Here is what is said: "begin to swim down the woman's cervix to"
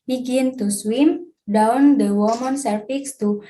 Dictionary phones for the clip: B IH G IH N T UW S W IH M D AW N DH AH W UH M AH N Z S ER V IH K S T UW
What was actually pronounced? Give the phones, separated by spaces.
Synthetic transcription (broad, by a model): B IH G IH N T UW S W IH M D AW N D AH W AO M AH N S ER F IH K S T UW